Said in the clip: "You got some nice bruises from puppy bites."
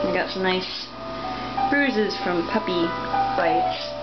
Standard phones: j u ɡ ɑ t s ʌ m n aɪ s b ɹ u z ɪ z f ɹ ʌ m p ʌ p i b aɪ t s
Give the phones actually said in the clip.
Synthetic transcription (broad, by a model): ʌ ɡ ɑ t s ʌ n aɪ s b ɹ u z ɪ z f ɹ ʌ m p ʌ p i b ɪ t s